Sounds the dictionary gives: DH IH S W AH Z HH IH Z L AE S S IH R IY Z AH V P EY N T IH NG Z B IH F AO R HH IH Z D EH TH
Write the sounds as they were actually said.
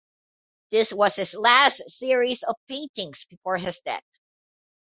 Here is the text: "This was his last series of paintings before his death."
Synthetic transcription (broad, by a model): DH IH S W AH Z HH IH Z L AE S S IH R IY Z AH V P EY N T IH NG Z B IH F AO R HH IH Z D EH T